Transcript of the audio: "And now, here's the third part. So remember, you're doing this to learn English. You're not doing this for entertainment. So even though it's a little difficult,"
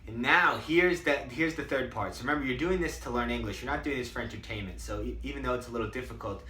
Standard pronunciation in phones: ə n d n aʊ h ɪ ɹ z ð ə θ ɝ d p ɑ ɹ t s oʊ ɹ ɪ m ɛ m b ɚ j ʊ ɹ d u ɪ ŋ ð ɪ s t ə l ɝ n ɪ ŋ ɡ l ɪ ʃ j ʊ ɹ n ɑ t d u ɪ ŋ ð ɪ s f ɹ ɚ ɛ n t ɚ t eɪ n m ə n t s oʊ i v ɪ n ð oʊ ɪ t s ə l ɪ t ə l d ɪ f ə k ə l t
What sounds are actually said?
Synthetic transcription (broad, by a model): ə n n aʊ h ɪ ɹ z ð ə θ ɝ d p ɑ ɹ t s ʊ ɹ ɪ m ɛ m b ɚ j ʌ ɹ d u ɪ ŋ ð ɪ s t ə l ɝ n ɪ ŋ ɡ l ɪ ʃ j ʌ ɹ n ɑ t d u ɪ ŋ ð ɪ s f ɹ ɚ ɛ n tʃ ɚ t eɪ n m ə n t s oʊ i v ɪ n ð oʊ ɪ t s ə l ɪ t l d ɪ f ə k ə l t